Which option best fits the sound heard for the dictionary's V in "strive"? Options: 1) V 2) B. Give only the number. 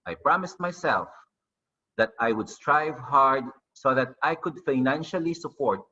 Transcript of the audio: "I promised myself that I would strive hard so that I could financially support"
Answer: 1